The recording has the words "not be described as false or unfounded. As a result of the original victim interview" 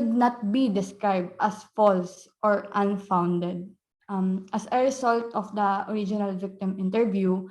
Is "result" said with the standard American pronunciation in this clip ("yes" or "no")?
no